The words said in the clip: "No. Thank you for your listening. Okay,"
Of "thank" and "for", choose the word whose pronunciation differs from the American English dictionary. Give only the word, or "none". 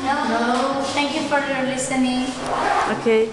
thank